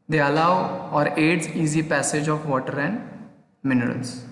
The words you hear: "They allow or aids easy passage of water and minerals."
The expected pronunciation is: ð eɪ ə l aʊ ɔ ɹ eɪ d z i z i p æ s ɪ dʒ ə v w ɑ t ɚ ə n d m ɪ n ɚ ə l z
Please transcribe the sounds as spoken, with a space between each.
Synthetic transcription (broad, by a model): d eɪ ə l aʊ ɔ ɹ eɪ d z i z i p æ s ɪ dʒ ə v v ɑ t ɚ ə n d m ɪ n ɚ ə l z